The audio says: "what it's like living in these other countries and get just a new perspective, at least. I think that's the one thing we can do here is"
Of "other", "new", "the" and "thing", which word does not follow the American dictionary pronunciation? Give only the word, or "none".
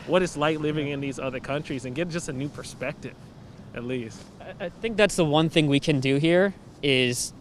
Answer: none